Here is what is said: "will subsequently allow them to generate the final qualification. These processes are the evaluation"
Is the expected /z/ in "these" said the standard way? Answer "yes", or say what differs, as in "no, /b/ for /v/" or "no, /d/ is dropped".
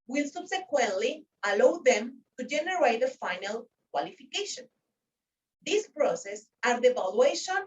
no, /s/ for /z/